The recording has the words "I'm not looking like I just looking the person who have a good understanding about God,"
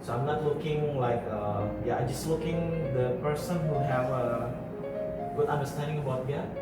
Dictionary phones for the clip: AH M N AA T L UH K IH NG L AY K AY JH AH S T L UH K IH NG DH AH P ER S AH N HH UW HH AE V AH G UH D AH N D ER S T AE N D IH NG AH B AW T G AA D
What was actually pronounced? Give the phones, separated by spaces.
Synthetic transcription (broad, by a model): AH M N AA T L UH K IH NG L AY K AY JH AH S T L UH K IH NG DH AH P ER S AH N HH UW HH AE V AH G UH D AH N D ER S T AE N D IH NG AH B AW T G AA